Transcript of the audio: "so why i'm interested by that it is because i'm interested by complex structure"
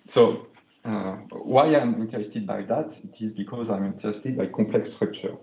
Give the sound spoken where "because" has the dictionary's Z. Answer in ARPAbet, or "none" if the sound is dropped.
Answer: Z